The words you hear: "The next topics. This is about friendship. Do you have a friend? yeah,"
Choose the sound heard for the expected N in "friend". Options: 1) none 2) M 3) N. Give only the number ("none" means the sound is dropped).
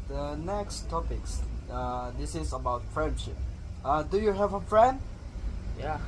3